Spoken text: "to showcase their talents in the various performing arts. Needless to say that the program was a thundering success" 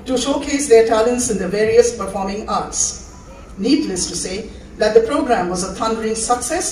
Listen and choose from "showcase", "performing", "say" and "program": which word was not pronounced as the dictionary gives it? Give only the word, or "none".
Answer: none